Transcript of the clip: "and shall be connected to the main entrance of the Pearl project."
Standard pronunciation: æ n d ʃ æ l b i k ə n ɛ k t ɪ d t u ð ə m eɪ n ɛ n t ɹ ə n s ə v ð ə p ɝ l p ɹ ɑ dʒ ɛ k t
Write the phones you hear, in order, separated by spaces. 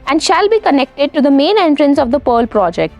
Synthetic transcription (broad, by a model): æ n d ʃ æ l b i k ə n ɛ k t ɪ d t u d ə m eɪ n ɛ n t ɹ ə n s ə v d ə p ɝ l p ɹ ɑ dʒ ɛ k t